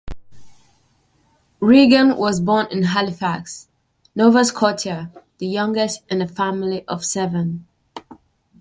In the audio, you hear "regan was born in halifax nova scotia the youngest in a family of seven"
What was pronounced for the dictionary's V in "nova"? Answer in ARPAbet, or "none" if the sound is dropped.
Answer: V